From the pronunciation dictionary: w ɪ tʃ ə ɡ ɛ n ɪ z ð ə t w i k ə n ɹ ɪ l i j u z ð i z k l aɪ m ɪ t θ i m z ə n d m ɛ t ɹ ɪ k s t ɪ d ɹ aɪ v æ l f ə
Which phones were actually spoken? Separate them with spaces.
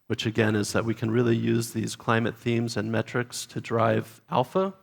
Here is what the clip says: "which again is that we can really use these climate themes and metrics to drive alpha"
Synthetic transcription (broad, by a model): w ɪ tʃ ə ɡ ɛ n ɪ z ð ə t w i k ə n ɹ ɪ l i j u z ð i z k l aɪ m ɪ t θ i m z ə n m ɛ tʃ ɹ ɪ k s t ɪ d ɹ aɪ v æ l f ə